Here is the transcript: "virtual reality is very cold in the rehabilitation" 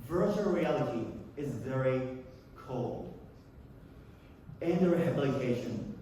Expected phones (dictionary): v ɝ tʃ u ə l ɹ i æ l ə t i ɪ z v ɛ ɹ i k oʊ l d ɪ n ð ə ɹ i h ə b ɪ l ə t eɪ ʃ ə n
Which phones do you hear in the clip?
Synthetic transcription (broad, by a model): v ɝ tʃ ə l ɹ i æ l ə t i ɪ z v ɛ ɹ i k oʊ l d ɪ n ð ə ɹ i h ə b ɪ l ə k eɪ ʃ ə n